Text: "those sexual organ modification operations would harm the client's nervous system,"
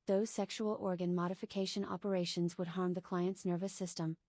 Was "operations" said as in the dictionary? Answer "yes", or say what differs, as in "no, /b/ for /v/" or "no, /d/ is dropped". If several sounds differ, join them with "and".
yes